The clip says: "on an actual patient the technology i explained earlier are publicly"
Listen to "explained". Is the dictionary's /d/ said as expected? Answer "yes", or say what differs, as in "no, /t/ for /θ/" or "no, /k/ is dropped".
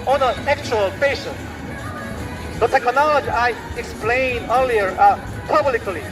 no, /d/ is dropped